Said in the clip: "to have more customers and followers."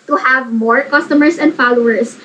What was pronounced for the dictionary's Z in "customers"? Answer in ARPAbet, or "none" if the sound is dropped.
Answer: S